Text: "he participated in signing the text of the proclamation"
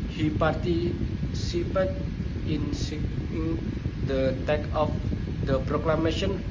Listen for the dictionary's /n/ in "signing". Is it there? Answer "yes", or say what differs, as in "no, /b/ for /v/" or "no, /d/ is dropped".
no, /n/ is dropped